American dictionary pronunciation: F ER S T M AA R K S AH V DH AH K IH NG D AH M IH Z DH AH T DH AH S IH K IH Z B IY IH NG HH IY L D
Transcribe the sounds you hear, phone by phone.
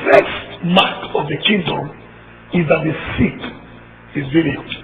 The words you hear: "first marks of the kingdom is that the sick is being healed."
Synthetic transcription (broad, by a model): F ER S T M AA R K AH V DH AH K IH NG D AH M IH Z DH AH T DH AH S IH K IH Z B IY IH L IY